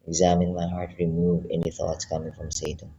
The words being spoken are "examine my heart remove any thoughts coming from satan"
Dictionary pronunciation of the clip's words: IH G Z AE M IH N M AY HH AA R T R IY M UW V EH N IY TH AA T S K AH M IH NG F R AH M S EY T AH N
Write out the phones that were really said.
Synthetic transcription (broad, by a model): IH G Z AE M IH N M AY HH AA R T R IY M UW V EH N IY TH AA T S K AH M IH NG F R AH M S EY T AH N